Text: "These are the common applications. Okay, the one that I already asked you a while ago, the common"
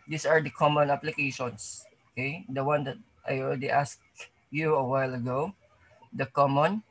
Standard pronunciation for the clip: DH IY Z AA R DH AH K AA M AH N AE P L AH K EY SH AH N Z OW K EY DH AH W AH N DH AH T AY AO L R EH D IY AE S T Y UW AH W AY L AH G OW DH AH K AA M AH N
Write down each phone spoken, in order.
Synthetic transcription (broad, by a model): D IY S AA R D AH K AA M AH N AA P L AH K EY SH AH N S OW K EY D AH W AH N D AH T AY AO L L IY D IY S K Y UW AH W AY L AH G OW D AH K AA M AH N